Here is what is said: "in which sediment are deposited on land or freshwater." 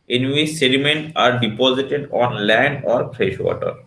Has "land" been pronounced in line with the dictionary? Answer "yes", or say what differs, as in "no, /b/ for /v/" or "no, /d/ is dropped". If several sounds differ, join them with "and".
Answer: no, /d/ is dropped